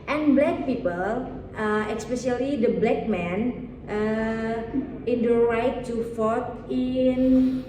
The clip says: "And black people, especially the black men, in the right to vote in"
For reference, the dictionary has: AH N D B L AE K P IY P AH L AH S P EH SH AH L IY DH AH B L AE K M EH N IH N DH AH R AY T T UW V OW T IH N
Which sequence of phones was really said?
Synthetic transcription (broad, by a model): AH N B L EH K P IY P AH L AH S P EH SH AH L IY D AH B L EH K M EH N IH N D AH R AY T T UW F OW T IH N